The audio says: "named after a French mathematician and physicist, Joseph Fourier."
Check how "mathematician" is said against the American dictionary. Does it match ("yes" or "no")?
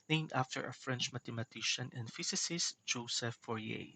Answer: no